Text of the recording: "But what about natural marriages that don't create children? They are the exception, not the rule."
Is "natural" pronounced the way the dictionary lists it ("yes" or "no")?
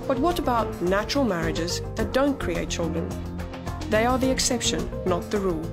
yes